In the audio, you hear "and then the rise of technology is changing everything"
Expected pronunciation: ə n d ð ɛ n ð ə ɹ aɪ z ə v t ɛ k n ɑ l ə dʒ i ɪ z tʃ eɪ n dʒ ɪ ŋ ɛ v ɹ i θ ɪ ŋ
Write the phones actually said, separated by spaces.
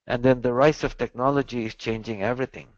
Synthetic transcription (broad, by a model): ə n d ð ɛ n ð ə ɹ aɪ s ə v t ɛ k n ɑ l ə dʒ i ɪ z tʃ eɪ n dʒ ɪ ŋ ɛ v ɹ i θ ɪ ŋ